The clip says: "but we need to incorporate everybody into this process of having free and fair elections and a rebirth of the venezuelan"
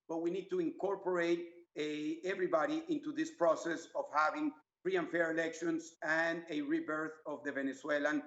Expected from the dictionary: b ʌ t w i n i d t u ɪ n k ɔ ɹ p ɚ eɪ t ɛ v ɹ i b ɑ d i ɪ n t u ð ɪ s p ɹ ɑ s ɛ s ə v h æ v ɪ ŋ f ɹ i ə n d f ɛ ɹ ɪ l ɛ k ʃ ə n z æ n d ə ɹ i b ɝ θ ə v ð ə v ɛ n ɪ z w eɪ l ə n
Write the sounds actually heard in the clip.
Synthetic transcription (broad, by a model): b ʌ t w i n i d t u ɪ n k ɔ ɹ p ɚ eɪ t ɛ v ɹ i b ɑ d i ɪ n t u ð ɪ s p ɹ ɑ s ɛ s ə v h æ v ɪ ŋ f ɹ i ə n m f ɛ ɹ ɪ l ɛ k ʃ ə n s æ n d ə ɹ i b ɝ θ ə v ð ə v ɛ n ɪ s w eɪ l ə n